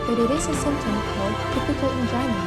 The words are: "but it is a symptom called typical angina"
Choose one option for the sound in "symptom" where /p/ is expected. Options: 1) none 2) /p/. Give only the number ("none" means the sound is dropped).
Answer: 1